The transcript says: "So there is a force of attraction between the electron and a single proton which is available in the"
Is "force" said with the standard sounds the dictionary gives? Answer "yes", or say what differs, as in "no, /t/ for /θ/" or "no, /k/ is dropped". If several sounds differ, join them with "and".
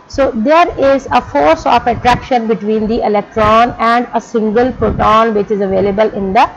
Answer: yes